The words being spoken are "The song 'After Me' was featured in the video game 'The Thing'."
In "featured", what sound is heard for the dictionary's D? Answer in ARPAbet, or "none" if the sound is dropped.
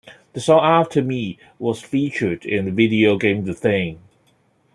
D